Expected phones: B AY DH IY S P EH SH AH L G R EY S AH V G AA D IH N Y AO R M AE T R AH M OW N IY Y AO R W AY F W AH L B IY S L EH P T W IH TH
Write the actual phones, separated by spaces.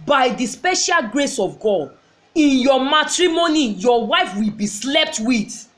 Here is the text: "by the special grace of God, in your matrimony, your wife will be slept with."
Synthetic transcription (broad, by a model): B AY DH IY S P EH SH AH L G R EY S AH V G AA D IH N Y AO M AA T R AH M OW N IY Y AO W AY F W AH L B IY S L EH P T W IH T